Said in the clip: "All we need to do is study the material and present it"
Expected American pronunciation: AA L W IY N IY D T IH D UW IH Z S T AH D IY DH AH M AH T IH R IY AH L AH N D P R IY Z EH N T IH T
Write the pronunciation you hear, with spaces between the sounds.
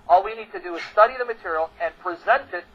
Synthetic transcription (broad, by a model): AA L W IY N IY D T IH D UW IH Z S T AH D IY DH AH M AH T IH R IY L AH N P R IY Z EH N T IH T